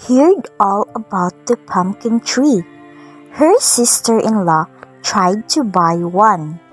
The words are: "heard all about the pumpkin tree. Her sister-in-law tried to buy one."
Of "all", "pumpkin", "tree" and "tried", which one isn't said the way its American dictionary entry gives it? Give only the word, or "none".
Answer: none